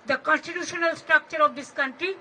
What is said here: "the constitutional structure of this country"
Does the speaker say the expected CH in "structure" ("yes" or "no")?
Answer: yes